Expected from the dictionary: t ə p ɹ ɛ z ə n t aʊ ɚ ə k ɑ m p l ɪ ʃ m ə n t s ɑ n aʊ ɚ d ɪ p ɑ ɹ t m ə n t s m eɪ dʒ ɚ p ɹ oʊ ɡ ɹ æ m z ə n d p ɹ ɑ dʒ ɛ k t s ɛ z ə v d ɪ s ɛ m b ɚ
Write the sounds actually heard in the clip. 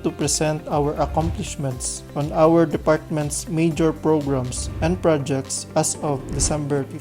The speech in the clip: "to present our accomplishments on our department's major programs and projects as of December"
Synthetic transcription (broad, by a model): t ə p ɹ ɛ s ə n t aʊ ɚ ə k ɑ m p l ɪ ʃ m ə n t s ɑ n aʊ ɚ d ɪ p ɑ ɹ t m ə n t s m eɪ dʒ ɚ p ɹ oʊ ɡ ɹ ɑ m s ə n d p ɹ ɑ dʒ ɛ k t s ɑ s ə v d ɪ s ɛ m b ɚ